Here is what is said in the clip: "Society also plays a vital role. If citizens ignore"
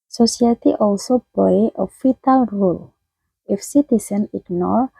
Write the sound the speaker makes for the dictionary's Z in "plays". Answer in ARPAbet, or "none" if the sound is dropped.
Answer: none